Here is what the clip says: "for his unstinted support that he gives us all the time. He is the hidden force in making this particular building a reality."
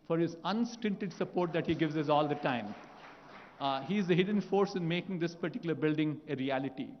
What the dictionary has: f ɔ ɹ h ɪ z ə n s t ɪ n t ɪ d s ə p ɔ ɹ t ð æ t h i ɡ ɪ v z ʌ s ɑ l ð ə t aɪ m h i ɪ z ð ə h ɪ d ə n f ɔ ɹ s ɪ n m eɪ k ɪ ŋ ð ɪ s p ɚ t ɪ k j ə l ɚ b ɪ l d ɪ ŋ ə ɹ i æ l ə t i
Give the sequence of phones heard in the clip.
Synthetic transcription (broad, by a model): f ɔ ɹ h ɪ z ə n s t ɪ n t ɪ d s ə p ɔ ɹ t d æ t h i ɡ ɪ v z ʌ s ɑ l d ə t aɪ m h i ɪ z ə h ɪ d ə n f ɔ ɹ s ɪ n m eɪ k ɪ ŋ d ɪ s p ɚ t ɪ k j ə l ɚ b ɪ l d ɪ ŋ ə ɹ i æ l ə t i